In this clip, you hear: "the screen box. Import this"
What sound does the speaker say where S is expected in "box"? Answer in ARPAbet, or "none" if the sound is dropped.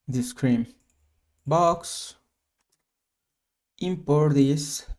S